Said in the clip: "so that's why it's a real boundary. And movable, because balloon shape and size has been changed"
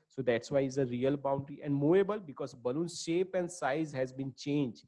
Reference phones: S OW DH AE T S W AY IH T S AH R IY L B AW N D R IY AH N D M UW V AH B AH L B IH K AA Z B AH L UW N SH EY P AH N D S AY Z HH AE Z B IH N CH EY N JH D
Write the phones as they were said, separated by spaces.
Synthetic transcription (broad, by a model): S OW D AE T S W AY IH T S AH R IY L B AW N D R IY AH N D M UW AH B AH L B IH K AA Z B AH L UW N SH EY P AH N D S AY Z HH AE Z B IH N CH EY N JH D